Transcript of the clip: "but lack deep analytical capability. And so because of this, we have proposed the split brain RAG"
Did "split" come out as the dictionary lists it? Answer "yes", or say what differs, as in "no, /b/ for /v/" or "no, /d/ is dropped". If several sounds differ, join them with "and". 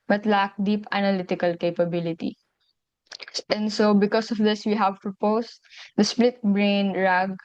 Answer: yes